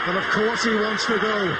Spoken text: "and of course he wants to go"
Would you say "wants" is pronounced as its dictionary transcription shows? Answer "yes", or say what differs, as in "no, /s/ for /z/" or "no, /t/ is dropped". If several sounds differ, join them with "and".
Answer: yes